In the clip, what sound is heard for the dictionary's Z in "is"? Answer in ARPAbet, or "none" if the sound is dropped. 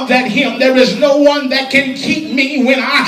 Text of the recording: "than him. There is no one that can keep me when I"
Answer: Z